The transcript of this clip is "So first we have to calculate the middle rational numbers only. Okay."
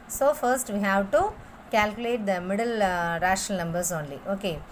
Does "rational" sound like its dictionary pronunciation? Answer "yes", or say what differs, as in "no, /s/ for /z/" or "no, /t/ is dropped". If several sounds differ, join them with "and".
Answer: no, /n/ is dropped